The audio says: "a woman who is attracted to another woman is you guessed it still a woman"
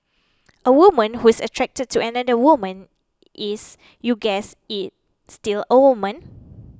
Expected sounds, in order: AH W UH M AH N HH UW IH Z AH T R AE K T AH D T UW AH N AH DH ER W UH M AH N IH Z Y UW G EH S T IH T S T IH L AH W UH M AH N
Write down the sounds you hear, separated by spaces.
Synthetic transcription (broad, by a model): AH W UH M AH N HH UW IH S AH T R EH K T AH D T UW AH N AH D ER W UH M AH N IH S Y UW G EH S IH T S T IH L AH W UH M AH N